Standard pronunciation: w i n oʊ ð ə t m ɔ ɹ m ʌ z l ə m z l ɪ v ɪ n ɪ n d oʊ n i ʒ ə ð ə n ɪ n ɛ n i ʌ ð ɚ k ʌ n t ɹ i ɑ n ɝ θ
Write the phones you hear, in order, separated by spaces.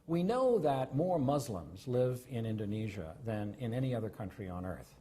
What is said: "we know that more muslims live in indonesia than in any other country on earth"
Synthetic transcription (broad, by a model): w i n oʊ ð ə t m ɔ ɹ m ʌ z l ə m z l ɪ v ɪ n ɪ n d oʊ n i ʒ ə ð ə n ɪ n ɛ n i ʌ ð ɚ k ʌ n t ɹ i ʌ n ɝ θ